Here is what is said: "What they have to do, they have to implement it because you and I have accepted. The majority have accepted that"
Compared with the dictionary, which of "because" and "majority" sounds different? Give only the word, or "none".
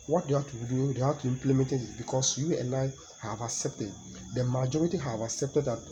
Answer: because